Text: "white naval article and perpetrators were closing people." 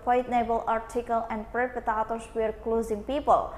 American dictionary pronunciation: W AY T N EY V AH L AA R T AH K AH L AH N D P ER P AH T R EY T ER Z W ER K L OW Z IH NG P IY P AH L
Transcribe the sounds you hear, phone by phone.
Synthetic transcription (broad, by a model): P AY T N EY B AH L AA R T AH K AH L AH N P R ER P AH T AA T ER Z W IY K L OW Z IH NG P IY P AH L